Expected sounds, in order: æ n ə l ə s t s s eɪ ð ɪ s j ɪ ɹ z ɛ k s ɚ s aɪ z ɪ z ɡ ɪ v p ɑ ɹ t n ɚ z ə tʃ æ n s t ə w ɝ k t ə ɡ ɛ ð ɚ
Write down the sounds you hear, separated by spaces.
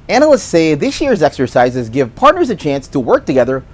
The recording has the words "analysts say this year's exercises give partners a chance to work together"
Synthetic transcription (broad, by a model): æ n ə l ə s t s s eɪ ð ɪ s j ɪ ɹ z ɛ k s ɚ s aɪ z ɪ z ɡ ɪ v p ɑ ɹ t n ɚ z ə tʃ æ n s t ə w ɝ k t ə ɡ ɛ ð ɚ